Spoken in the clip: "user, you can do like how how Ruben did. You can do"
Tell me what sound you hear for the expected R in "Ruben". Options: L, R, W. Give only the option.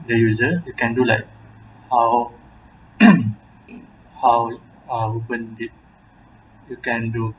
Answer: W